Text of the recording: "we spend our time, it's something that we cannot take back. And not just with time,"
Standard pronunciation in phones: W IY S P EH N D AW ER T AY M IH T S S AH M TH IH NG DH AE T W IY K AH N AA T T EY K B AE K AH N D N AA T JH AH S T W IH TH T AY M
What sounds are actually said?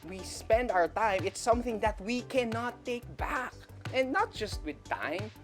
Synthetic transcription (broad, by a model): W IY S P EH N D AW ER T AY M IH T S S AH M TH IH NG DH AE T W IY K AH N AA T T EY K B AE K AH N N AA T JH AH S T W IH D T AY M